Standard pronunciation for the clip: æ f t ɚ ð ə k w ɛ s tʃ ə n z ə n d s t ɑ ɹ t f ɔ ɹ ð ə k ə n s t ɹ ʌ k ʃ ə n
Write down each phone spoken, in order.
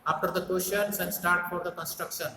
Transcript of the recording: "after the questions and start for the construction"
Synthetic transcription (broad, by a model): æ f t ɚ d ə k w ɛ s ʃ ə n s ə n d s t ɑ ɹ t f ɔ ɹ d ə k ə n s t ɹ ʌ k ʃ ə n